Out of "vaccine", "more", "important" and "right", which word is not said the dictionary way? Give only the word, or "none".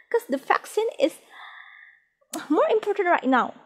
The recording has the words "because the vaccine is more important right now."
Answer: vaccine